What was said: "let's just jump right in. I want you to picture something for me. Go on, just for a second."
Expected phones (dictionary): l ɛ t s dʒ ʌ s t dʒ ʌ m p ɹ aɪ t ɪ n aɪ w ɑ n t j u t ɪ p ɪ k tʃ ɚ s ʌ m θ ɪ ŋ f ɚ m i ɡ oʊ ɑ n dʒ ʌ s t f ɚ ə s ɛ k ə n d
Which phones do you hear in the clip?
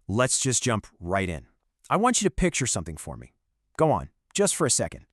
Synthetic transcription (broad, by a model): l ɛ t s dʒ ʌ s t dʒ ʌ m p ɹ aɪ t ɪ n aɪ w ɑ n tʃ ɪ t ɪ p ɪ k tʃ ɚ s ʌ m θ ɪ ŋ f ɚ m i ɡ oʊ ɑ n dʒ ʌ s t f ɚ ə s ɛ k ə n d